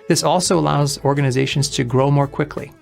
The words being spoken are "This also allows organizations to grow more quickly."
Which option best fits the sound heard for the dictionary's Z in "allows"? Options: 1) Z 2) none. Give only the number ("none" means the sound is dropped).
1